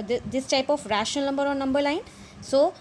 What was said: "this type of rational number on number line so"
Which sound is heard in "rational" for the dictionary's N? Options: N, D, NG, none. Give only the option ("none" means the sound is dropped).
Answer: none